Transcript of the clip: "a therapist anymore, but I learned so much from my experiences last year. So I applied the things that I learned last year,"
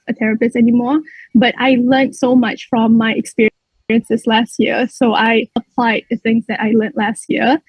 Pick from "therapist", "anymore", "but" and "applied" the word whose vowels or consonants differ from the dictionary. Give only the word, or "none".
therapist